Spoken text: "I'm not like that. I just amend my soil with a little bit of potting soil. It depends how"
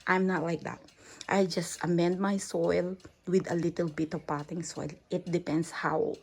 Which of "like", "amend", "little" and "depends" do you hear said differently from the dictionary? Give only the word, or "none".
depends